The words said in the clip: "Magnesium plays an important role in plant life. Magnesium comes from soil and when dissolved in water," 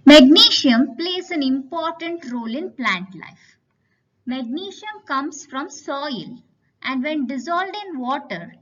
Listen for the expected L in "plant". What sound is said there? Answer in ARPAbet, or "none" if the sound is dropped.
L